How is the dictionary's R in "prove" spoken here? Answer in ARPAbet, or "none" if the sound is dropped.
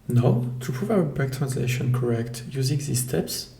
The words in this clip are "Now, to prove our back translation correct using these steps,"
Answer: R